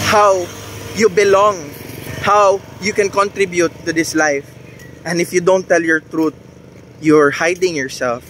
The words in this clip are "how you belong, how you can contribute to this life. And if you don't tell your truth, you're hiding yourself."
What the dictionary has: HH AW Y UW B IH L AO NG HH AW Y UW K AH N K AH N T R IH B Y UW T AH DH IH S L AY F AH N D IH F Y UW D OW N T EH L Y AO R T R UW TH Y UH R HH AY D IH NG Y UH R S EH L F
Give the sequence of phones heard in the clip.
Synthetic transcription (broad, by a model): HH AW Y UW B IH L AO NG HH AW Y UW K AH N K AH N T R IH B Y UW T AH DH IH S L AY F AH N D IH F Y UW D OW N T EH L Y AO R T R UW T Y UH R HH AY D IH NG Y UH R S EH L F